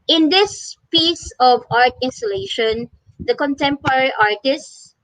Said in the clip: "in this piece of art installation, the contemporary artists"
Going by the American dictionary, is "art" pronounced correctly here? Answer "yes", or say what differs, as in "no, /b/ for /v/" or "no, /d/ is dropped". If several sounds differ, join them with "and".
yes